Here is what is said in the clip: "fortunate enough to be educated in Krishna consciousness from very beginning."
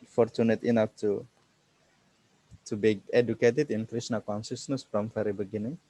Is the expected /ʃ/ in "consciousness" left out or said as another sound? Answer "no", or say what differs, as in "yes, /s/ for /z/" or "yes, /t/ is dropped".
yes, /s/ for /ʃ/